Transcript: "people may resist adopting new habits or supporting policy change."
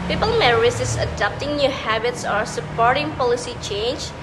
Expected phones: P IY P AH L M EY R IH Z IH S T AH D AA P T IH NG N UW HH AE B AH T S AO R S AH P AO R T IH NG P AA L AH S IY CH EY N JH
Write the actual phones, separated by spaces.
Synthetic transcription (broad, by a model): P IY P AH L M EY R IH S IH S AH D AA P T IH NG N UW HH AE B AH T S AO R S AH P AO R T IH NG P AA L AH S IY CH EY N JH